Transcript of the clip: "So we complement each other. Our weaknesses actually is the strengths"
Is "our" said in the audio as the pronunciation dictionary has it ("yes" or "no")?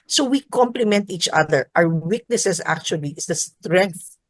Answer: no